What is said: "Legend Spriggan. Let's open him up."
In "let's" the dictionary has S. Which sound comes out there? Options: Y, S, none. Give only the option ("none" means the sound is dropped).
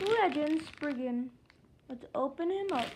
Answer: none